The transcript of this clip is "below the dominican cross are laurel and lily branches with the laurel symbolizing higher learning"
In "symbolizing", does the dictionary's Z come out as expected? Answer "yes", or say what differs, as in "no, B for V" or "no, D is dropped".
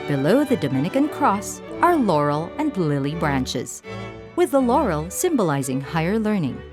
yes